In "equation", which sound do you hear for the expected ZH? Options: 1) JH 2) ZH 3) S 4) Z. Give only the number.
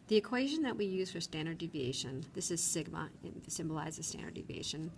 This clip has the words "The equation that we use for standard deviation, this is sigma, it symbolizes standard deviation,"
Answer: 2